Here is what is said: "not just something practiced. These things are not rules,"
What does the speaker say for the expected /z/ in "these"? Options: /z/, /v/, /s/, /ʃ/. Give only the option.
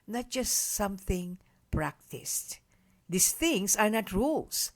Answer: /s/